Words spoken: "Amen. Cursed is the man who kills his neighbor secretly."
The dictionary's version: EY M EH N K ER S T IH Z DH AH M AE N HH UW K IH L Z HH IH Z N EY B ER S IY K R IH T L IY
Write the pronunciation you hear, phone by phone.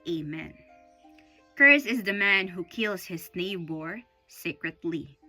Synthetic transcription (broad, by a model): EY M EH N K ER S IH Z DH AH M AE N HH UW K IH L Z HH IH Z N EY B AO S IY K R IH T L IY